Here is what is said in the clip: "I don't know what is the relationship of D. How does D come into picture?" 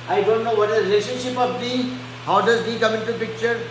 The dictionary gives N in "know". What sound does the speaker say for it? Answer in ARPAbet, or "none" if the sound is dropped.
N